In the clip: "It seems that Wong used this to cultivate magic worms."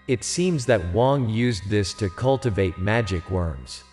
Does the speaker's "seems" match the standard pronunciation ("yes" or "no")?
yes